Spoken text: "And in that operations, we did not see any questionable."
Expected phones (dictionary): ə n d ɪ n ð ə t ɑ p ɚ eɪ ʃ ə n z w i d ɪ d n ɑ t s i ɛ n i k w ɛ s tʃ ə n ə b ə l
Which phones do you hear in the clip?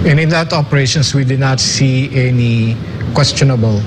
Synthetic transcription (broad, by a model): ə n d ɪ n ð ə t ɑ p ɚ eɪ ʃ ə n s w i d ɪ d n ɑ t s i ɛ n i k w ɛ s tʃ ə n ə b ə l